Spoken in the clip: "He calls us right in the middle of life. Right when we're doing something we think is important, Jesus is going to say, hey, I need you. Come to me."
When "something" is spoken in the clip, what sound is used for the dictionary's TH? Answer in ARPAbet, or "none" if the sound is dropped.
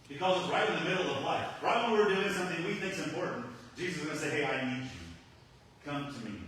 TH